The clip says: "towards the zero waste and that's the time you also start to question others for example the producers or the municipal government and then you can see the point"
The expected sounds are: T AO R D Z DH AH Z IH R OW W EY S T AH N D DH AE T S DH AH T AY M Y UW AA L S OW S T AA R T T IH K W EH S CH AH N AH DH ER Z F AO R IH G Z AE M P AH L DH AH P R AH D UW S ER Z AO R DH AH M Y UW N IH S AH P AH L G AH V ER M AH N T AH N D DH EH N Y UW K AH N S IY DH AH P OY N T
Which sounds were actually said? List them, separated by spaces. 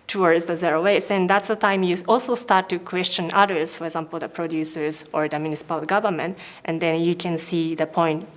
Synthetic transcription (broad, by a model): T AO R D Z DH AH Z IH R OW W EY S AH N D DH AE T S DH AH T AY M Y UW AA L S OW S T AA R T T IH K W EH S CH AH N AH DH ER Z F AO R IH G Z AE M P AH L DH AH P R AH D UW S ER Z AO R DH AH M Y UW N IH S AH P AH L G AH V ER M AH N T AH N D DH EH N Y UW K AH N S IY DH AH P OY N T